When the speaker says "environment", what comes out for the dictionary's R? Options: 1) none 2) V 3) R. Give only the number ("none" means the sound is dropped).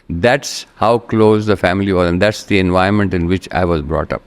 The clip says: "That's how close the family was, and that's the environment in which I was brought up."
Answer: 1